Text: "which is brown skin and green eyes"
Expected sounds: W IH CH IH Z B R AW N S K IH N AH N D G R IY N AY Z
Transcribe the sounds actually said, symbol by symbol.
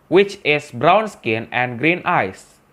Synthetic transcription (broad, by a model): W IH CH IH S B R AW N S K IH N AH N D G R IY N AY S